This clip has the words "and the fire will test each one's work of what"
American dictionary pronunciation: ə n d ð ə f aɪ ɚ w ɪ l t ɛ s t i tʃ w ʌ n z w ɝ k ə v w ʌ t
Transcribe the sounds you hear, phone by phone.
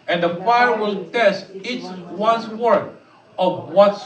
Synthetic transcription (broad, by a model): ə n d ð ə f aɪ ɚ w ɪ l t ɛ s t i s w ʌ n s w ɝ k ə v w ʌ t